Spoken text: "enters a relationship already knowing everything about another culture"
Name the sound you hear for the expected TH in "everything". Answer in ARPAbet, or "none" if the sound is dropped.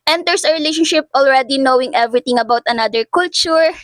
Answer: T